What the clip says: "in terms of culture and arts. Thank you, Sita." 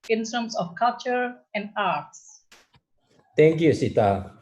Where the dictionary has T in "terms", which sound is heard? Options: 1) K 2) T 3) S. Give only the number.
3